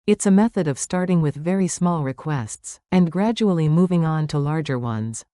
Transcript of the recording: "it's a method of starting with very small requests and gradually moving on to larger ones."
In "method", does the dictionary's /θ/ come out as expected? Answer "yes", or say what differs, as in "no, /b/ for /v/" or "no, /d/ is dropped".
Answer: yes